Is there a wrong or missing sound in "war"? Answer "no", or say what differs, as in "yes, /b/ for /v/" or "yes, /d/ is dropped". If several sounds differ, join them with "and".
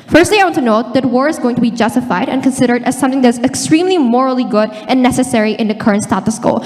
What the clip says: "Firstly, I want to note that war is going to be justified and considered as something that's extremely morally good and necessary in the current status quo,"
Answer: no